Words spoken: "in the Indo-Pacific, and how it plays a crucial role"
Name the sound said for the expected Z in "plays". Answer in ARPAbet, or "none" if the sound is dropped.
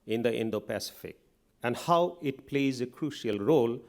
Z